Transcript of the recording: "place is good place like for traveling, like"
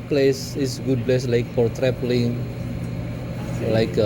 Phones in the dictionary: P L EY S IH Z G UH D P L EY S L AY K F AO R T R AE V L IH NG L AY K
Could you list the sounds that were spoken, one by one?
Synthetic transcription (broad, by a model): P L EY S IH S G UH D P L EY S L AY K F AO R T R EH P L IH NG L AY K